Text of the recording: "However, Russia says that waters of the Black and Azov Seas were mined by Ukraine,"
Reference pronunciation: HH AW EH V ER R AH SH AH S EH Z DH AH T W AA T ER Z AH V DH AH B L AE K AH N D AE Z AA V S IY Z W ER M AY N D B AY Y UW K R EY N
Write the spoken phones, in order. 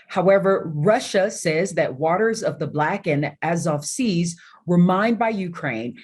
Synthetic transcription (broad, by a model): HH AW EH V ER R AH SH AH S EH Z DH AH T W AA T ER Z AH V DH AH B L AE K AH N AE Z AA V S IY Z W ER M AY N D B AY Y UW K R EY N